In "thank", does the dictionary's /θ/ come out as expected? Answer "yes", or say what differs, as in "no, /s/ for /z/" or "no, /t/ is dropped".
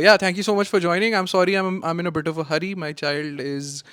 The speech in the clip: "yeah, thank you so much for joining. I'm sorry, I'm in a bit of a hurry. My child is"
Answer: no, /t/ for /θ/